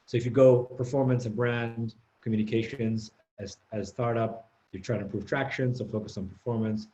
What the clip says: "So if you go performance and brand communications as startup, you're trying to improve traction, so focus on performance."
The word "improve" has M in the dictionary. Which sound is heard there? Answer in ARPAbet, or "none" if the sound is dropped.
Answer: none